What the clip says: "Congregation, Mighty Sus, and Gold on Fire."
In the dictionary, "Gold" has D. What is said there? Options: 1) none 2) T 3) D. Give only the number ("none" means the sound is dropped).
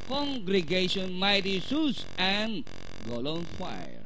1